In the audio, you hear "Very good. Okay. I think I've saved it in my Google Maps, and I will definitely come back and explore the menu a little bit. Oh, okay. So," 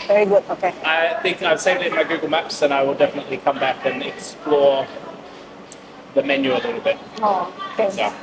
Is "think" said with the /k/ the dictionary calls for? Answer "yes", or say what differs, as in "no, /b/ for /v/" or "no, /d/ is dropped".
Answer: yes